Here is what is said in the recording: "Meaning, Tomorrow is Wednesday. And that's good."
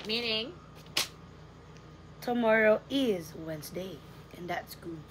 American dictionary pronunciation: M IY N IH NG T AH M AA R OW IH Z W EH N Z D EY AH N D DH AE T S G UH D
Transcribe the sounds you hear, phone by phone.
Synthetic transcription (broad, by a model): M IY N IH NG T AH M AA R OW IH Z W EH N Z D EY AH N DH AE T S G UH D